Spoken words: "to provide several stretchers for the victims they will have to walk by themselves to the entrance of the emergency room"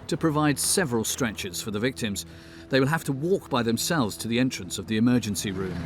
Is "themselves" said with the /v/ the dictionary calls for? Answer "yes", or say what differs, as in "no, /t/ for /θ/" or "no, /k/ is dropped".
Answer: yes